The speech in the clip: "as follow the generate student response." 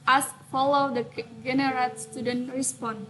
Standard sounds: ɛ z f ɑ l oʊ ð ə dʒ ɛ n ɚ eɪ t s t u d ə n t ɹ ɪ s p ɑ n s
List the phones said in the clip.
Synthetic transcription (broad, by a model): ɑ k f ɑ l oʊ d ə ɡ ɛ n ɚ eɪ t s t u d ə n t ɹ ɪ s p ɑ n